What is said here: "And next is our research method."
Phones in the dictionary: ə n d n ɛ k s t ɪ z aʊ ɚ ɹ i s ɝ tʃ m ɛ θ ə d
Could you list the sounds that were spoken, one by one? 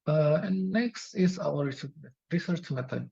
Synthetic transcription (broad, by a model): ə n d n ɛ k s t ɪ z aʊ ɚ ɹ i s ɝ tʃ m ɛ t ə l